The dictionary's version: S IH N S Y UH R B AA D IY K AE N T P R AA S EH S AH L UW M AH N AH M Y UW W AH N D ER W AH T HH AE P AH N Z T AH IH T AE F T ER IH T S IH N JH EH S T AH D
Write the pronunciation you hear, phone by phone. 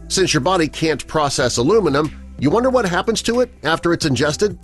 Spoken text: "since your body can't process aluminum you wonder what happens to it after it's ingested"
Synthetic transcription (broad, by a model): S IH N S Y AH R B AA D IY K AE N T P R AA S EH S AH L UW M AH N AH M Y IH W AH N D ER W AH T HH AE P AH N Z T AH IH T AE F T ER IH T S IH N JH EH S T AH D